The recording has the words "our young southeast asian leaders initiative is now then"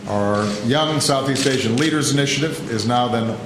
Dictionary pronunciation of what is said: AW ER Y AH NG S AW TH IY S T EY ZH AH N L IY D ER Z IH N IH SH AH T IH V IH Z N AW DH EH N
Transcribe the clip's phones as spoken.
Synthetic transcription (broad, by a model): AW ER Y AH NG S AW TH IY S T EY SH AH N L IY D ER Z IH N IH SH AH T IH V IH Z N AW DH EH N